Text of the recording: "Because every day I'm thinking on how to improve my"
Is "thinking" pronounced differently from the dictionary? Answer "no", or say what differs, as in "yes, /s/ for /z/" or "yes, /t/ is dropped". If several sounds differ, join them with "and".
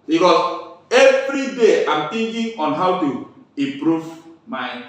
yes, /t/ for /θ/